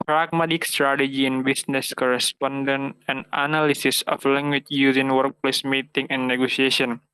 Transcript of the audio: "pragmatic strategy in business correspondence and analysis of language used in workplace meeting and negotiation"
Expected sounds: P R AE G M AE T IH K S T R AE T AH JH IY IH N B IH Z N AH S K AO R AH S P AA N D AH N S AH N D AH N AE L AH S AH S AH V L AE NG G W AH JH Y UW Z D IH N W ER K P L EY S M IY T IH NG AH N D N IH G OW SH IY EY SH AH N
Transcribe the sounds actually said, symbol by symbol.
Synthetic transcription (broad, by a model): P R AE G M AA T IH K S T R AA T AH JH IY IH N B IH S N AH S K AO R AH S P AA N D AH N AH N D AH N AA L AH S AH S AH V L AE NG G W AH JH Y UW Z IH N W ER K P L EY S M IY T IH NG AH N N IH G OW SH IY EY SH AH N